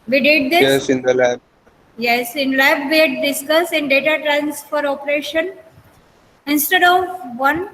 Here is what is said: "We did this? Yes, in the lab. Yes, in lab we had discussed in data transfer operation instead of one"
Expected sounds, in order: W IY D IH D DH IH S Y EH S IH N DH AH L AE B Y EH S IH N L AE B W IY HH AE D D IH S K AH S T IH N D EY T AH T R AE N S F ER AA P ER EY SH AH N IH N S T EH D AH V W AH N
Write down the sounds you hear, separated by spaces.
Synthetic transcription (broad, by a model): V IY D IH D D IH Y EH S IH N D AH L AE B Y EH S IH N L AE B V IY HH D D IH S K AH S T IH N D EY T AH T R AE N S F ER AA P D EY SH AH N IH N S T EH D AH V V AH N